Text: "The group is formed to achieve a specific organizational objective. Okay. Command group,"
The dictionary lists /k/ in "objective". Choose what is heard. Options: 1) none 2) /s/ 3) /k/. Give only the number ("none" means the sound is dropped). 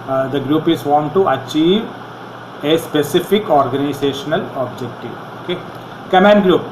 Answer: 3